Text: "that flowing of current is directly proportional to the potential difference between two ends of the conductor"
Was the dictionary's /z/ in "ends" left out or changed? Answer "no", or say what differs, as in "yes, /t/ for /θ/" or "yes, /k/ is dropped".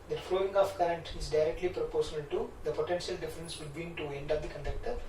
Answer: yes, /z/ is dropped